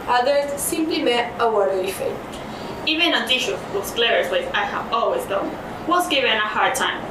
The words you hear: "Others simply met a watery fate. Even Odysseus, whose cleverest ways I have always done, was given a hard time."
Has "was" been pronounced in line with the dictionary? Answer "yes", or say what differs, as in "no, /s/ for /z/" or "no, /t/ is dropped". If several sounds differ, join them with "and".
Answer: no, /s/ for /z/